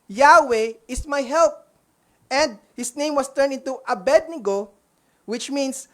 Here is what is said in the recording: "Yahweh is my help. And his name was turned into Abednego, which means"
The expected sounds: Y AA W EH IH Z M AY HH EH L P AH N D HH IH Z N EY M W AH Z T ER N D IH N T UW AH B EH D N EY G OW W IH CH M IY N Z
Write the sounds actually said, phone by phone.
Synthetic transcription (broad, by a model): Y AA W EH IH S M AY HH EH L P AH N D HH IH S N EY M W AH S T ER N IH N T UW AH B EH D N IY G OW W IH CH M IY N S